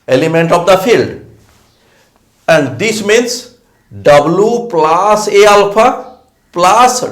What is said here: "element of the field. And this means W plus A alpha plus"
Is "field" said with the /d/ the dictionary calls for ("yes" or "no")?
yes